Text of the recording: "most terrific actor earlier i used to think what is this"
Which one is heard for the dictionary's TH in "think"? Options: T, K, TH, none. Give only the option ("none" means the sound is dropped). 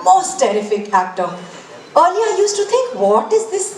T